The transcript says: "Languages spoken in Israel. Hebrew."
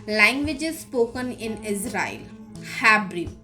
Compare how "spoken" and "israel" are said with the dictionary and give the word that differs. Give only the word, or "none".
none